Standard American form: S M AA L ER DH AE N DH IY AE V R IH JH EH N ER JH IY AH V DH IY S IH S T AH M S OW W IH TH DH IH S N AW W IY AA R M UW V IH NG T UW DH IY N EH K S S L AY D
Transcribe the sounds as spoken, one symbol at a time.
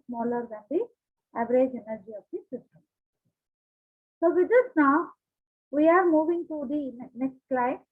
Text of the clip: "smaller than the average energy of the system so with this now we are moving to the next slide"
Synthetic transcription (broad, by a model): S M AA L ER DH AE N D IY AE V R IH JH EH N ER JH IY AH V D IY S IH S T AH M S OW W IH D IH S N AW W IY AA R M UW V IH NG T UW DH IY N EH K S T L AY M